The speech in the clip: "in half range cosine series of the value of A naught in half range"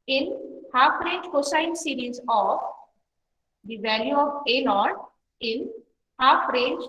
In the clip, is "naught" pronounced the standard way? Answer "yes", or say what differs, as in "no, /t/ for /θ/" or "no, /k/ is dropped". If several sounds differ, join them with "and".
no, /l/ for /n/